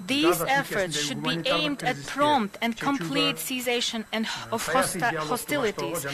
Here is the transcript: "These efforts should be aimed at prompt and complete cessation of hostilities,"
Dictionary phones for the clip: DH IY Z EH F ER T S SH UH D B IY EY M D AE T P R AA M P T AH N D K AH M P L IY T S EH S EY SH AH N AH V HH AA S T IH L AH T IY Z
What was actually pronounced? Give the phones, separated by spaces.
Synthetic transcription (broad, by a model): DH IY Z EH F ER T S SH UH D B IY EY M D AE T P R AA M P T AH N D K AH M P L IY T S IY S EY SH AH N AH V HH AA S T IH L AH T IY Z